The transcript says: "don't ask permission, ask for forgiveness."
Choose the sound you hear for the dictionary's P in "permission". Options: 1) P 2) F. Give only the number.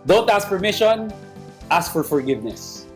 2